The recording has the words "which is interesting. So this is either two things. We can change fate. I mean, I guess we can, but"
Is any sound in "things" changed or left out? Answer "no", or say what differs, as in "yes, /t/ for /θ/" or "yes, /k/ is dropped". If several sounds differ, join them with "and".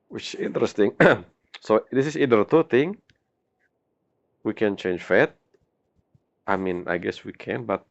yes, /t/ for /θ/ and /z/ is dropped